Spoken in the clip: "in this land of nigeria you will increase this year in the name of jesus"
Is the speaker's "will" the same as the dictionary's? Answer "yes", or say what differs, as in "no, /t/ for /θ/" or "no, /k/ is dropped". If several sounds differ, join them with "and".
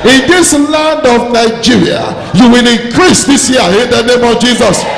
yes